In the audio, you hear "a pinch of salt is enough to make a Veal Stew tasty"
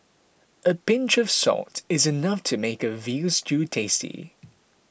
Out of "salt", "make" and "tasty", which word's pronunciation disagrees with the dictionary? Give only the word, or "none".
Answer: salt